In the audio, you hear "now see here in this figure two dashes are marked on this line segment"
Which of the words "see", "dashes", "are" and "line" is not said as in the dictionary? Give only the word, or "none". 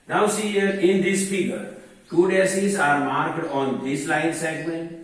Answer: dashes